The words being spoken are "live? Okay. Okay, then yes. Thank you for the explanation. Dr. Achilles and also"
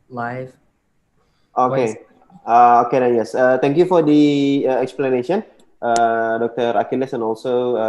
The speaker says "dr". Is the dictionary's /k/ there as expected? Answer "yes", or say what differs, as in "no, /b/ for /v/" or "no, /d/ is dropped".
yes